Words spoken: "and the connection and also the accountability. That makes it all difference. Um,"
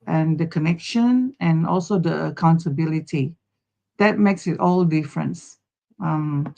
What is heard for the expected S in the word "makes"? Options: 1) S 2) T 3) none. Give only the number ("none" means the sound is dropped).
1